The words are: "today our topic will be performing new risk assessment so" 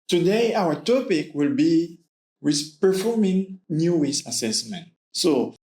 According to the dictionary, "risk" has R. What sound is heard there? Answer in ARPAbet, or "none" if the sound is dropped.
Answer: W